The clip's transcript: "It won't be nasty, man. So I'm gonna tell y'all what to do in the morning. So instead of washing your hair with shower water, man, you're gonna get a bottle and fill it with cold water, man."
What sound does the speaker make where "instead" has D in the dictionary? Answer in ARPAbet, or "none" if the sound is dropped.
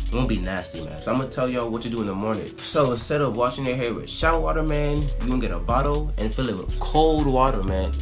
D